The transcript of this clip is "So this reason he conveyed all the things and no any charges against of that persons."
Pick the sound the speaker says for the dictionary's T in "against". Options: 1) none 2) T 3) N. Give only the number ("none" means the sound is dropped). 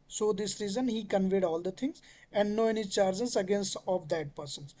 2